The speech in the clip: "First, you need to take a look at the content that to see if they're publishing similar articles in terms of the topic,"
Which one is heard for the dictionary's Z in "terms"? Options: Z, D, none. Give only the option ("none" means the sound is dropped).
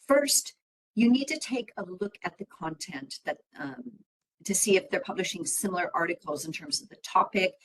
Z